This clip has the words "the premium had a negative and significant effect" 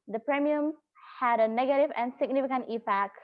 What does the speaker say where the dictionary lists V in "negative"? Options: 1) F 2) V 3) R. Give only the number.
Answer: 2